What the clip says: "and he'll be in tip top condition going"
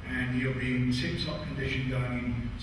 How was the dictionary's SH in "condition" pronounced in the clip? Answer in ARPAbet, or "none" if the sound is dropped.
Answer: SH